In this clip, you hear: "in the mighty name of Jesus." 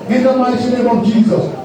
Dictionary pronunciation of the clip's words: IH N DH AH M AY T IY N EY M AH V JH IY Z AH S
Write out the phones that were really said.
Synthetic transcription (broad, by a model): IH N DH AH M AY S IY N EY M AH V JH IY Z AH S